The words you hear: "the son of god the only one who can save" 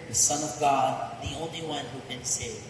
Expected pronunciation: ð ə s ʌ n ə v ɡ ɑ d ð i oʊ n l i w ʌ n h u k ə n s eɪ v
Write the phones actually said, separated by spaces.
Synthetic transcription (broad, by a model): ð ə s ʌ n ə v ɡ ɑ d ð i oʊ n l i w ʌ n h u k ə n s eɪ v